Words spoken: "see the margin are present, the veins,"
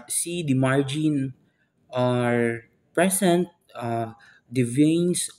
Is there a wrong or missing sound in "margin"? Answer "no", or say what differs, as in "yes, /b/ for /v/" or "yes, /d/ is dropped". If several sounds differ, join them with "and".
no